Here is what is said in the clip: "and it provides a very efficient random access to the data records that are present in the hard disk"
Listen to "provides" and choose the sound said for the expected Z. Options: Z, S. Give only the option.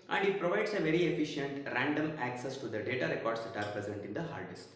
S